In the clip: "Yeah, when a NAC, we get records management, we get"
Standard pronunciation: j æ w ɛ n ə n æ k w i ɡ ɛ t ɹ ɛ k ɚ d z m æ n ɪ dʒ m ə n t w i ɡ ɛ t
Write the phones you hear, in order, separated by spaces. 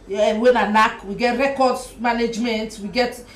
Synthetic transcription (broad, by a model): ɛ w ɛ n ə n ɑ k w i ɡ ɛ t ɹ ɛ k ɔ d m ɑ n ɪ dʒ m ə n t w i ɡ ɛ t